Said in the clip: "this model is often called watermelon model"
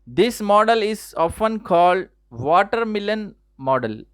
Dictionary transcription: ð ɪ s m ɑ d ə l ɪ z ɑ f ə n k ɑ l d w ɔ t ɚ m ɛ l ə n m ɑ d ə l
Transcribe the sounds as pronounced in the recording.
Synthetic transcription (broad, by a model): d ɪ s m ɑ d ə l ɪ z ɑ f ə n k ɑ l d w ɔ t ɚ m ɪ l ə n m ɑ d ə l